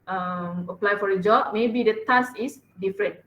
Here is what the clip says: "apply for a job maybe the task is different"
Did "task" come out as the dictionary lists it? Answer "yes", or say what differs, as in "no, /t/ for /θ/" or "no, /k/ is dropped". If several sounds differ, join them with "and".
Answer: no, /k/ is dropped